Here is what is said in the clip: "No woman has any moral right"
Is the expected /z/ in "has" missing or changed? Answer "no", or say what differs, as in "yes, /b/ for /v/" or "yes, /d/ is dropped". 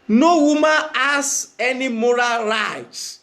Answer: yes, /s/ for /z/